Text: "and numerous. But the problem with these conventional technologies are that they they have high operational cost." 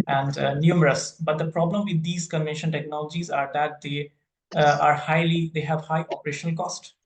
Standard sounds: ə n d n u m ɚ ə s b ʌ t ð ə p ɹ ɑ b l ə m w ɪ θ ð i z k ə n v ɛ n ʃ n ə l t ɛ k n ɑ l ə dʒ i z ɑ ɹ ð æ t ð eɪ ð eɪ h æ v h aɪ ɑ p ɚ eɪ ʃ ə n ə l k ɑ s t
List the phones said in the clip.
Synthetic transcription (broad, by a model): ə n d n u m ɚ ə s b ʌ t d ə p ɹ ɑ b l ə m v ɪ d i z k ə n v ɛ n ʃ ə n t ɛ k n ɑ l ə dʒ i z ɑ ɹ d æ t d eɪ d eɪ h æ v h aɪ ɑ p ɚ eɪ ʃ ə n ə l k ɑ s t